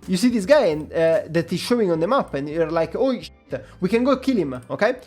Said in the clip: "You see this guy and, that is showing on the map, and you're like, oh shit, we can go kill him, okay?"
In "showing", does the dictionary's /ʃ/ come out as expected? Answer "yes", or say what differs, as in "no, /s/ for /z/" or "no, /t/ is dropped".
yes